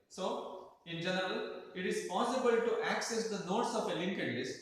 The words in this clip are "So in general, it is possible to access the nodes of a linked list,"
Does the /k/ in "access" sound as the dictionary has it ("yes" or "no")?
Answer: yes